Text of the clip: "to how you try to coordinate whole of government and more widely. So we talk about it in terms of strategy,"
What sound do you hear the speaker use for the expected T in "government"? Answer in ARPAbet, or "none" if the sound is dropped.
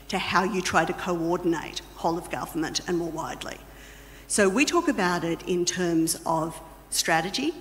T